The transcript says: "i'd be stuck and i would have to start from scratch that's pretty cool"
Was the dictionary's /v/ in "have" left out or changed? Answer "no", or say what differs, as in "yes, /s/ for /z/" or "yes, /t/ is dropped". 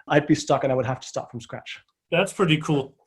yes, /f/ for /v/